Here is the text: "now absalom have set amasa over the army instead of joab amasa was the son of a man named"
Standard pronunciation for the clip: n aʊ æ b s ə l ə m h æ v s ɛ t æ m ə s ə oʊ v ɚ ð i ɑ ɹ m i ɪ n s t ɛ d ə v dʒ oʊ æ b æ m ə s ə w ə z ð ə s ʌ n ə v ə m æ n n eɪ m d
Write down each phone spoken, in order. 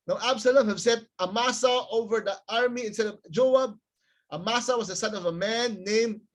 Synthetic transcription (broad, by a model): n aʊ æ b s ə l ə m h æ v s ɛ t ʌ m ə s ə oʊ v ɚ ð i ɑ ɹ m i ɪ n s t ɛ d ə v dʒ oʊ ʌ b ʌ m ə s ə w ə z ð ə s ʌ n ə v ə m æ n n eɪ m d